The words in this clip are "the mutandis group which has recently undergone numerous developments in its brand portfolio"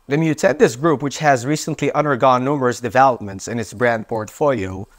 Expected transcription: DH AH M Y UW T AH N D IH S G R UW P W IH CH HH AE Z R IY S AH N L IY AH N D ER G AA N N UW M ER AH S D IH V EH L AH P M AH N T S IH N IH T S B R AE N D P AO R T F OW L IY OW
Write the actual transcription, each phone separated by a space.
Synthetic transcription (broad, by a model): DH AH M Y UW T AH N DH IH S G R UW P W IH CH HH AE Z R IY S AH N L IY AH N D ER G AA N N UW M ER AH S D IH V EH L AH P M AH N T S IH N IH T S B R AE N D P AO R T F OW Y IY